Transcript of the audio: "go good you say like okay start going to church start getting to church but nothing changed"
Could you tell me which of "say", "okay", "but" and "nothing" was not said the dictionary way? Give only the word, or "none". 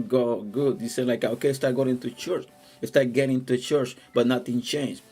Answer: nothing